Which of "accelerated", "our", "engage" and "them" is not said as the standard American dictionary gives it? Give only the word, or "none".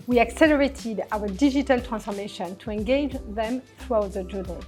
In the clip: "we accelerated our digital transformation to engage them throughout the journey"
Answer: none